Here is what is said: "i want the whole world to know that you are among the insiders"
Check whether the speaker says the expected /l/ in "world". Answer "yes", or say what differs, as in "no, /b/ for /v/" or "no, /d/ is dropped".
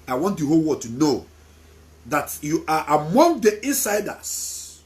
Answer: no, /l/ is dropped